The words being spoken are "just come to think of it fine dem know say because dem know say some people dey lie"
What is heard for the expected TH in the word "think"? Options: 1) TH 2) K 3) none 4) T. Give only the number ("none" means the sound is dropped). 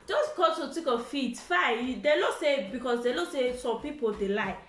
4